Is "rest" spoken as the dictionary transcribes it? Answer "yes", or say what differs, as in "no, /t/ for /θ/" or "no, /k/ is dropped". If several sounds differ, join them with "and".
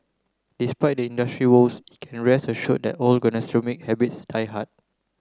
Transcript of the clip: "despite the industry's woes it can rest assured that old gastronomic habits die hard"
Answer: no, /t/ is dropped